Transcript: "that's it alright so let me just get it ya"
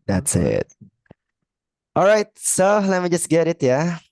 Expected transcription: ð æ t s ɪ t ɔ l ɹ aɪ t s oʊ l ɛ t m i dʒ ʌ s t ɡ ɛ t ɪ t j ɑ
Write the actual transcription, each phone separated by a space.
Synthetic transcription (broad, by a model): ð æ t s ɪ t ɔ l ɹ aɪ t s oʊ l ɛ t m i dʒ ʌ s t ɡ ɛ t ɪ t j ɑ